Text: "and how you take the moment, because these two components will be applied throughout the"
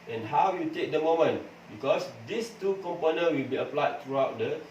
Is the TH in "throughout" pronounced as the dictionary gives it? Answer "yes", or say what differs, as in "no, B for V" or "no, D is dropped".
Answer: no, T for TH